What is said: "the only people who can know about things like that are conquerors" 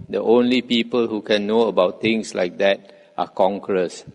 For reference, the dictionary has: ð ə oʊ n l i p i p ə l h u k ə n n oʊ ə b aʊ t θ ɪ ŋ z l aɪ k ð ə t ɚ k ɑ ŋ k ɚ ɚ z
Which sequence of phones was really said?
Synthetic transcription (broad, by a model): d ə oʊ n l i p i p ə l h u k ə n n oʊ ə b aʊ t t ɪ ŋ s l aɪ k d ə t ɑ k ɑ ŋ k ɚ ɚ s